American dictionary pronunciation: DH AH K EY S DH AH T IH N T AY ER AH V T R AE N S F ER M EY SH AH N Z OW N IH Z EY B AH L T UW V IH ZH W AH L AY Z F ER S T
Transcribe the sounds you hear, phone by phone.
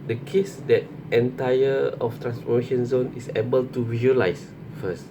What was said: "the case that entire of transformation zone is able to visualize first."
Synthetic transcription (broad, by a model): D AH K EY S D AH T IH N T AY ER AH F T R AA N S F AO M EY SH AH N Z OW N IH S EY B AH L T UW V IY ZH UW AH L AY S F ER S T